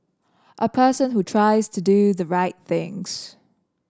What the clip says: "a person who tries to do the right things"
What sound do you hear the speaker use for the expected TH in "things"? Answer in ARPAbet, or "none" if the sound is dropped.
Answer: TH